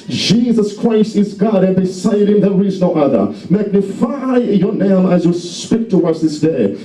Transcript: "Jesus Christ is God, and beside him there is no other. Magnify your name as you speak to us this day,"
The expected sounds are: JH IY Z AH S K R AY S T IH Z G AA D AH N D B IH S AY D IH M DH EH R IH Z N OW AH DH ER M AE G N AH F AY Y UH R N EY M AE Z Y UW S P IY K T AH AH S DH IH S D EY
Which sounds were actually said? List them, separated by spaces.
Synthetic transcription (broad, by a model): JH IY Z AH S K R AY S T IH Z G AA D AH N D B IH S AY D IH M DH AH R IH Z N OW AH DH ER M AE G N AH F AY Y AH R N EY M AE Z Y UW S P IY K T AH AH S DH IH S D EY